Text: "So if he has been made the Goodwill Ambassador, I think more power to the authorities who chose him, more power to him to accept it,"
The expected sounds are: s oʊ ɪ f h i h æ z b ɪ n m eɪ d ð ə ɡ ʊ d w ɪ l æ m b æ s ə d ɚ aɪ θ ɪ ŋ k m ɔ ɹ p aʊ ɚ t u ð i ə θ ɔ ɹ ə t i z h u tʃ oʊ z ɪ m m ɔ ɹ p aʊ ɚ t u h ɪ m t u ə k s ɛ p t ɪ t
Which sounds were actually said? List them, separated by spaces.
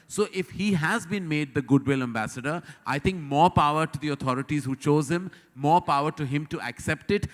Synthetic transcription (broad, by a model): s oʊ ɪ f h i h æ z b ɪ n m eɪ d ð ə ɡ ʊ d w ɪ l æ m b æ s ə d ɚ aɪ t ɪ ŋ k m ɔ ɹ p aʊ ɚ t u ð i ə t ɔ ɹ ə t i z h u tʃ oʊ z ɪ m m ɔ ɹ p aʊ ɚ t u h ɪ m t u ə k s ɛ p t ɪ t